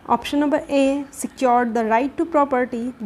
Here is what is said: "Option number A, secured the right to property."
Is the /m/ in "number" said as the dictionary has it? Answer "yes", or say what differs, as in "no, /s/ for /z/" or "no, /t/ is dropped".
no, /m/ is dropped